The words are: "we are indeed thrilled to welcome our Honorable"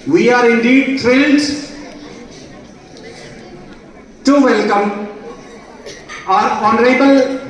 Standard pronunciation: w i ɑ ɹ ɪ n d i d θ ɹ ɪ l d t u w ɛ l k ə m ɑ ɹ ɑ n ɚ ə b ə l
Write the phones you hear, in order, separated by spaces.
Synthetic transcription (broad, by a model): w i ɑ ɹ ɪ n d i d t ɹ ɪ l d t u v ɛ l k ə m ɑ ɹ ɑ n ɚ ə b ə l